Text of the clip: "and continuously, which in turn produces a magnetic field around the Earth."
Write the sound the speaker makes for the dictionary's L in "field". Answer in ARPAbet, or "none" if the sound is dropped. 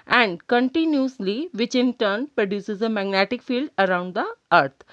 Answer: L